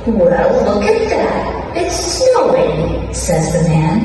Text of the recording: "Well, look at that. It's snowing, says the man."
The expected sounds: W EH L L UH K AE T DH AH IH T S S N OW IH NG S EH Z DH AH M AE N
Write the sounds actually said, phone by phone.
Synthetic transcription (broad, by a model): W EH L L UH K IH T DH AH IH T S S N OW IH NG S EH Z DH AH M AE N